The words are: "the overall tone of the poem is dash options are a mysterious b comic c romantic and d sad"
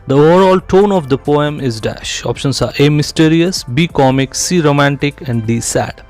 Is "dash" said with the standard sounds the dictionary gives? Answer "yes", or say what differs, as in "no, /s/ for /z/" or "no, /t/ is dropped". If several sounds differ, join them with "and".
yes